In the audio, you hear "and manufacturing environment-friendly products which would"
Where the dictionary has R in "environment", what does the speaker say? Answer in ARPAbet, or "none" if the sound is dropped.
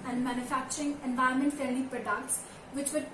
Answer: none